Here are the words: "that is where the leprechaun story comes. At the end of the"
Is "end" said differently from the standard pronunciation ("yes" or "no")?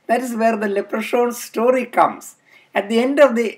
no